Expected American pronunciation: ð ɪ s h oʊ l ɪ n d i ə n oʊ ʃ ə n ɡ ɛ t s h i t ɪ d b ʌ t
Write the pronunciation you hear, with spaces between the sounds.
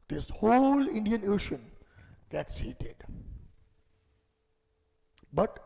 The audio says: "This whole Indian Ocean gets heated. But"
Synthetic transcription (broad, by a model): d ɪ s h oʊ l ɪ n d i ə n oʊ ʃ ə n ɡ ɛ t s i t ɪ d b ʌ t